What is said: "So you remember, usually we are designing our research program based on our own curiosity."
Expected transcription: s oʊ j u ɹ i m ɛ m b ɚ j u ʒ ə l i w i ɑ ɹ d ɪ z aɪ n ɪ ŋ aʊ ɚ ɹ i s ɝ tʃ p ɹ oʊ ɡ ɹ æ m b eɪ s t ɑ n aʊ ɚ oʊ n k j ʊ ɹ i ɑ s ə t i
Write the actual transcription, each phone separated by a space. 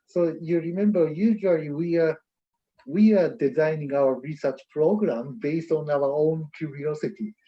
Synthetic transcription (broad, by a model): s oʊ j u ɹ i m ɛ m b ɚ j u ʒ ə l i w i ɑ w d ɪ z aɪ n ɪ ŋ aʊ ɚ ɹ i s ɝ tʃ p ɹ oʊ ɡ ɹ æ m b eɪ s t ɑ n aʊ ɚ oʊ n k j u ɹ i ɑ s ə t i